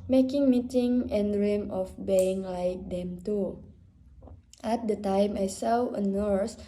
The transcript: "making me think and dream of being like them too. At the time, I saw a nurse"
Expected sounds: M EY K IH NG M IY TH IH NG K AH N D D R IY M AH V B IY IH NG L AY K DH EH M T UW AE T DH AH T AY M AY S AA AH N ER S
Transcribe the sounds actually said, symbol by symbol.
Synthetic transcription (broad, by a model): M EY K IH NG M IY T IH NG AH N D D R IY M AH F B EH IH NG L AY K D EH M T UW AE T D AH T AY M AY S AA AH N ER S